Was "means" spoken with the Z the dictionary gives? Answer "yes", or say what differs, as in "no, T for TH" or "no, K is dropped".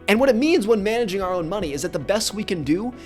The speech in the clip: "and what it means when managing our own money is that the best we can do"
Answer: yes